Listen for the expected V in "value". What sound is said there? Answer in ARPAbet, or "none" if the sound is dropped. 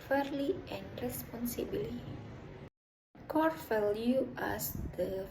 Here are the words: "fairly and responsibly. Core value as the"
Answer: F